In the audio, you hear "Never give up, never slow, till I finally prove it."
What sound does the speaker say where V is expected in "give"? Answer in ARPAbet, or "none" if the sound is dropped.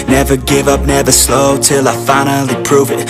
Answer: V